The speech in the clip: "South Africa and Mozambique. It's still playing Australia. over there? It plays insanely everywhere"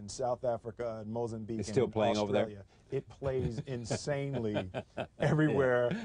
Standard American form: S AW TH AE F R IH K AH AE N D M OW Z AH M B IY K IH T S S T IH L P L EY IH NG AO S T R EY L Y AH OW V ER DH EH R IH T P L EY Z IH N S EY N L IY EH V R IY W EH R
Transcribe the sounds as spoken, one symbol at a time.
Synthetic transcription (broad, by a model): S AW TH AE F R IH K AH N M OW Z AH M B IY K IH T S S T IH L P L EY IH NG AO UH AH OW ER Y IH IH T P L EY Z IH N S EY N L IY EH V R IY W EH R